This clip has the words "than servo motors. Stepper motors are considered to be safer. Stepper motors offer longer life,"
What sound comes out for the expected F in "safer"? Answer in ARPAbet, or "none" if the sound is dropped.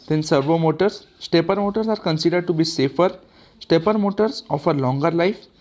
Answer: F